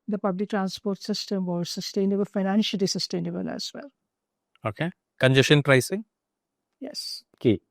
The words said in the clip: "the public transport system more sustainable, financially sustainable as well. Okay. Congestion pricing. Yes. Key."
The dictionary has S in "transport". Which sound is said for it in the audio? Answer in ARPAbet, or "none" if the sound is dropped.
S